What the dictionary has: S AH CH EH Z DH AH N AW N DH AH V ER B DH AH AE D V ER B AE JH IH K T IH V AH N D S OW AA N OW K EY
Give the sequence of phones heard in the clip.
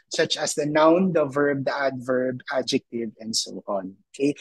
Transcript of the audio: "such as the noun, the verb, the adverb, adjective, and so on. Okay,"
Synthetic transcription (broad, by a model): S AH CH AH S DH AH N AW N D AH V ER B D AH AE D V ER B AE JH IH K T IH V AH N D S OW AA N OW K EY